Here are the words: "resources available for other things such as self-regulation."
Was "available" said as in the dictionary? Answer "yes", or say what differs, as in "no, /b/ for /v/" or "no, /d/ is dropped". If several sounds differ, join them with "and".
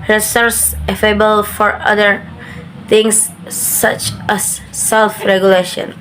no, /f/ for /v/